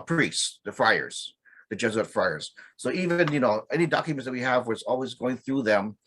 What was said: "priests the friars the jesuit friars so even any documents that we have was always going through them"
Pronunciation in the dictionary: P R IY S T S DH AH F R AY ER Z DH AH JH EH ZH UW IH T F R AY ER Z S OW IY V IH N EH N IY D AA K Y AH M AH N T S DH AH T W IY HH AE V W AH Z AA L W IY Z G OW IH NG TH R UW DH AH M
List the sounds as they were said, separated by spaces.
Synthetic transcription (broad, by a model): P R IY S S DH AH F R AY ER Z DH AH JH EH Z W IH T F R AY ER Z S OW IY V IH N EH N IY D AA K Y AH M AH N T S DH AH T W IY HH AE V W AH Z AA L W IY Z G OW IH NG TH R UW DH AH M